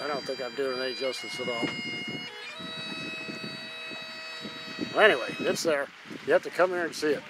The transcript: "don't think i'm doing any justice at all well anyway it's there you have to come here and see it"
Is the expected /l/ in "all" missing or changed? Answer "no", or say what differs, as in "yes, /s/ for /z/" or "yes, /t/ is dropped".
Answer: no